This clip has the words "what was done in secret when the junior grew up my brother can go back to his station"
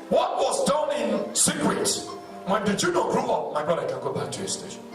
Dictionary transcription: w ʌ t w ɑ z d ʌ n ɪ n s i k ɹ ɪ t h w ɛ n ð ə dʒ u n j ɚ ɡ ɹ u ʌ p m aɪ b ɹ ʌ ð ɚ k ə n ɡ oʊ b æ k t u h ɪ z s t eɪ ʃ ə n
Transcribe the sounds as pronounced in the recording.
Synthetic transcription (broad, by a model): w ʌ t w ɑ z d ʌ n ɪ n s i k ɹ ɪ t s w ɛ n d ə dʒ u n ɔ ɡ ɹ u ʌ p m aɪ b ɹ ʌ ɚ k ə n ɡ oʊ b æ k t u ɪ s t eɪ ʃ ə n